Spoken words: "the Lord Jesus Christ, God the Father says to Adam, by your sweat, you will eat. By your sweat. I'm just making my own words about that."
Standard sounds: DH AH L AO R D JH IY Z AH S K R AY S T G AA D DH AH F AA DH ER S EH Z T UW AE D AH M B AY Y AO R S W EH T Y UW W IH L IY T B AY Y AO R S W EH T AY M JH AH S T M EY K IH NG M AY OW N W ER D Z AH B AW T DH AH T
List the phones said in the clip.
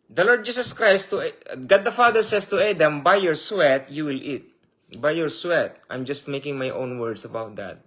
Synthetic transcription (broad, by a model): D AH L AO R D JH IY S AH S K R AY S T G AA D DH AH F AA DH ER S EH S T UW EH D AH M B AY Y AO R S W EH T Y UW W IH L IY T B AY Y AO R S W EH T AY M JH AH S T M EY K IH NG M AY OW N W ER D S AH B AW T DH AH T